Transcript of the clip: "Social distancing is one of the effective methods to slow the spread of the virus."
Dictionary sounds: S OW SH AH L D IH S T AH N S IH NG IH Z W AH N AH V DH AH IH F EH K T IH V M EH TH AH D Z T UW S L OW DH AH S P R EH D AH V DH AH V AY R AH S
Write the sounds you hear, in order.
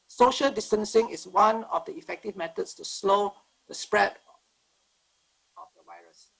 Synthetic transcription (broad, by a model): S OW SH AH L D IH S T AH N S IH NG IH S W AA N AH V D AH IH F EH K T IH V M EH T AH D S T UW S L OW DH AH S P R EH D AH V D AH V AY R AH S